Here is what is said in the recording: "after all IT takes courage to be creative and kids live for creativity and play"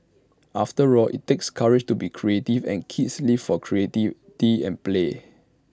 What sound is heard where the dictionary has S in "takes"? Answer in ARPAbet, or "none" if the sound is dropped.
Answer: S